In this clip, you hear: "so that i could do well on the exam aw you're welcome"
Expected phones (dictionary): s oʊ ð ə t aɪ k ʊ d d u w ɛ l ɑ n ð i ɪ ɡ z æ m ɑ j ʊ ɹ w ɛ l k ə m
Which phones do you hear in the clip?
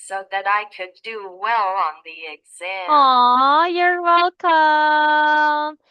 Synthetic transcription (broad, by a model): s oʊ ð ə t aɪ k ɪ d d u w ɛ l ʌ n ð i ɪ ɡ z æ ɑ j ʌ ɹ w ɛ l k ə m